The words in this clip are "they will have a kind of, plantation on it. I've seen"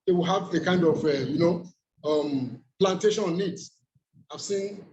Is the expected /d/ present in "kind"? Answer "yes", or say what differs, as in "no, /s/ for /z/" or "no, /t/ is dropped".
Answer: yes